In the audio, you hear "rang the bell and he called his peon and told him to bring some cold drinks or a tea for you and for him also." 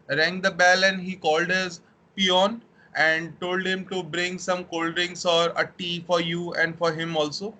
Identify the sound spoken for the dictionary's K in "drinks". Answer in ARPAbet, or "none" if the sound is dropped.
none